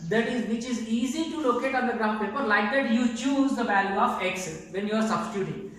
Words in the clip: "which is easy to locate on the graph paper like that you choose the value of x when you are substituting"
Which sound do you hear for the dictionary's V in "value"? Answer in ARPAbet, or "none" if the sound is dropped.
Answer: B